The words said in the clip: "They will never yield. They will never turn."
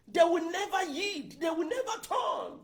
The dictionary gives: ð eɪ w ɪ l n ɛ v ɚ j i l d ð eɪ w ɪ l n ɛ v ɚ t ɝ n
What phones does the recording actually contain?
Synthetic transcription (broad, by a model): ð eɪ w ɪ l n ɛ v ɚ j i d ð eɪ w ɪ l n ɛ v ɚ t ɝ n